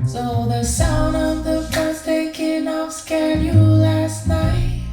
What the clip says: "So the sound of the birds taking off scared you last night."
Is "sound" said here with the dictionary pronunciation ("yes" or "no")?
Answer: yes